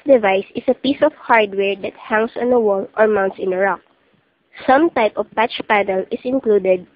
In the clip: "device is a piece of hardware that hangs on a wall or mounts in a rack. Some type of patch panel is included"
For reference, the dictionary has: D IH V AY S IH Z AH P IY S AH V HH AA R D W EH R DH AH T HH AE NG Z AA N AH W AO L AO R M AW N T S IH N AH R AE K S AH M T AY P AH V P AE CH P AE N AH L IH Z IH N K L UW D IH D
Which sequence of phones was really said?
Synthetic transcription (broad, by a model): D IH V AY S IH S AH P IY S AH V HH AA R D W EH R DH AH T HH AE NG S AA N AH W AO L AO R M AW N T S IH N AH R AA K S AH M T AY P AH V P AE CH P AE N AH L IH S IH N K L UW D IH D